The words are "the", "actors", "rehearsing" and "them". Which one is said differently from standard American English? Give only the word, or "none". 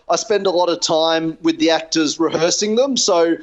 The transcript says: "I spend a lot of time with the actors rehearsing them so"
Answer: none